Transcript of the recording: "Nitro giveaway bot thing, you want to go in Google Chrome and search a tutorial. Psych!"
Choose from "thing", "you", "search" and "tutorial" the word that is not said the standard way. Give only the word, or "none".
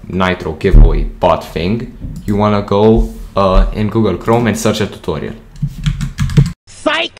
thing